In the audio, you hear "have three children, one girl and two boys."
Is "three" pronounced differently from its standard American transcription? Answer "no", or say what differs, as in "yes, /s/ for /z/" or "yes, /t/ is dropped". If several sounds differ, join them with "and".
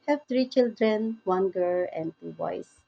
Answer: yes, /t/ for /θ/